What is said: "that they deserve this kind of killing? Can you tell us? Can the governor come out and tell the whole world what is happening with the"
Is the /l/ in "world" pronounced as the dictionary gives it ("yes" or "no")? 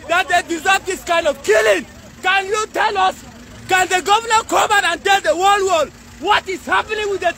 no